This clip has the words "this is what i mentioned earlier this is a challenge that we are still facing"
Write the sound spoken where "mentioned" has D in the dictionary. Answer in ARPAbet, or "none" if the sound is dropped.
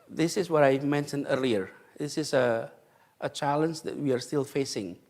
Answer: D